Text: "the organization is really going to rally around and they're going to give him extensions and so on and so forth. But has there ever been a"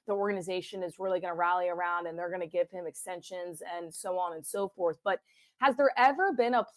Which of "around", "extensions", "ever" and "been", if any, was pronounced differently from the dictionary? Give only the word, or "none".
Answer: none